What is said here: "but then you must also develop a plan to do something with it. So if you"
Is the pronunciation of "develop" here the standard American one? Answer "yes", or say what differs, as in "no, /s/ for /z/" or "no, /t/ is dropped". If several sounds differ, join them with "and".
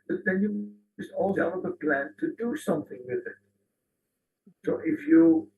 no, /b/ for /p/